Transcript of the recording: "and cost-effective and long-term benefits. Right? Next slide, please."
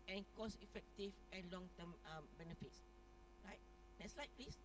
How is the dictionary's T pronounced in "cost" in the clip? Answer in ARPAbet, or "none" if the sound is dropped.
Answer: none